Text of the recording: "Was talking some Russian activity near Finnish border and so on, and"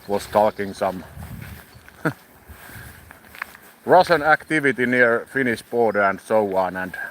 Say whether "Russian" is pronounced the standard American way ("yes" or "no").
no